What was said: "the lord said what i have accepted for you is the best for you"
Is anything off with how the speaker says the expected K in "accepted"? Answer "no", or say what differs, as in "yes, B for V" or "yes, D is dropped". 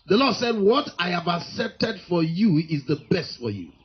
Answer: no